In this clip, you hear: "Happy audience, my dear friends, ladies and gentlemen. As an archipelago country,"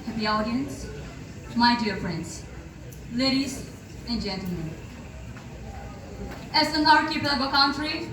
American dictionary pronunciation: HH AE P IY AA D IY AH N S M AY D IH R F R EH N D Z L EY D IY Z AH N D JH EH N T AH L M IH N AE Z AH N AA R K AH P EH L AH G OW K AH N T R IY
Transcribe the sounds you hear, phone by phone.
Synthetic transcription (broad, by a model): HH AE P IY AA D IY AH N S M AY D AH R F R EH N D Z L EY D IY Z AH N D JH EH N T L M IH N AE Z AH N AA R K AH B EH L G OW K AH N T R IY